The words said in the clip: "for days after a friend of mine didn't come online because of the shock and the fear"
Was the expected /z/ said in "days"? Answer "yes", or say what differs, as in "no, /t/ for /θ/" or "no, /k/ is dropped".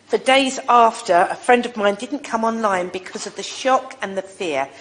yes